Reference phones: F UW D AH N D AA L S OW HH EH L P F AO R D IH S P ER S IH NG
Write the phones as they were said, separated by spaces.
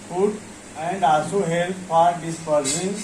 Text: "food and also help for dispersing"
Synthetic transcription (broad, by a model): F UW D AH N D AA S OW HH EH L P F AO R D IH S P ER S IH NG